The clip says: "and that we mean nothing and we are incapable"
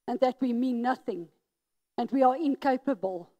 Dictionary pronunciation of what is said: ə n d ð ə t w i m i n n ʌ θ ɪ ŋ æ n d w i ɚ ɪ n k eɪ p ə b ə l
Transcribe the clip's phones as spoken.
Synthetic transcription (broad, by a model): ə n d ð ə t w i m i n n ʌ θ ɪ ŋ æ n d w i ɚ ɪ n k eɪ p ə b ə l